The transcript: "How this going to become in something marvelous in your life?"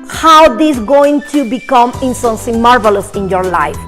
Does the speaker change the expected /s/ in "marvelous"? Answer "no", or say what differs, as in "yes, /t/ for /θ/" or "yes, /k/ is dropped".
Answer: no